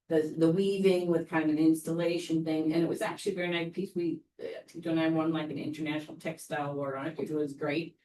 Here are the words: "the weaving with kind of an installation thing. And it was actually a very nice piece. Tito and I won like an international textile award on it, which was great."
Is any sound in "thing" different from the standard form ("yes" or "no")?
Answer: no